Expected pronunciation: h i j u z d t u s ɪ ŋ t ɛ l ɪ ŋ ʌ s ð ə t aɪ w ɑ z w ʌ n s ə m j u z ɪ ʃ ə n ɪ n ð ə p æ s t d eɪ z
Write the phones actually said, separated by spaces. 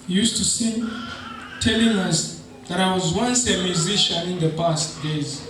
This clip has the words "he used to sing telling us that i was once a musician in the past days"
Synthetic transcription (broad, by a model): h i j u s t u s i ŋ t ɛ l ɪ ŋ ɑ s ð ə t aɪ w ɑ z w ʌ n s ə m j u z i ʃ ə n ɪ n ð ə p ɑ s t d eɪ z